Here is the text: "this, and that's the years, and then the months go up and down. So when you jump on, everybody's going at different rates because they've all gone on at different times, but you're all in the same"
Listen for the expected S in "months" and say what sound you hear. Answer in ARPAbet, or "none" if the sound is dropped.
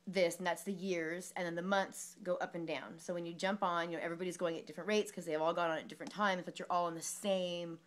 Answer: S